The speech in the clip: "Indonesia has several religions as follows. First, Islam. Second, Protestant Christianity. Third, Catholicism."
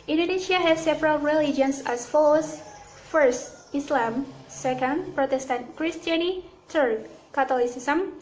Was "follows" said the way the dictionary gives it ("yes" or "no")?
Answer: no